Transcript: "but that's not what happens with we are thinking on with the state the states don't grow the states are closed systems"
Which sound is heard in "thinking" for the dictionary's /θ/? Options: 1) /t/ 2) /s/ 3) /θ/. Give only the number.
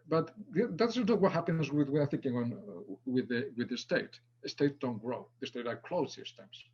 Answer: 3